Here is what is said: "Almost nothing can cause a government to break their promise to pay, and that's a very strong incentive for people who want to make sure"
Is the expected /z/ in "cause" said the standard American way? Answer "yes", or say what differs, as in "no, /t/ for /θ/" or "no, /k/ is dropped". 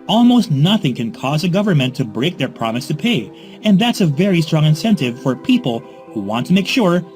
yes